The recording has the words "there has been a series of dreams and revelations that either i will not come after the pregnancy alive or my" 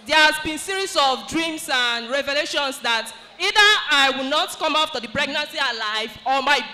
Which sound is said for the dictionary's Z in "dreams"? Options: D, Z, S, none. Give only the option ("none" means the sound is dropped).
S